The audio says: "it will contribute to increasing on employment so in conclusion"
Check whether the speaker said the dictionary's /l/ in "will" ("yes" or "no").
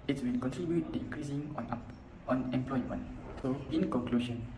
no